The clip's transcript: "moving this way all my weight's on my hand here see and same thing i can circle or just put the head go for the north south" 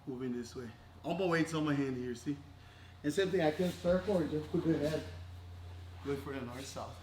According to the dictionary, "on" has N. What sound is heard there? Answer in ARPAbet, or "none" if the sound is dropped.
L